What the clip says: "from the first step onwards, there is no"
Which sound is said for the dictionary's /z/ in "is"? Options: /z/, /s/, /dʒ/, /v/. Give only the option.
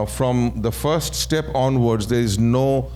/z/